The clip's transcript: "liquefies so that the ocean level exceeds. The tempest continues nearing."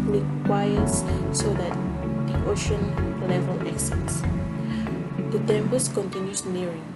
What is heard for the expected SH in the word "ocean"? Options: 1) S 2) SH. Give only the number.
2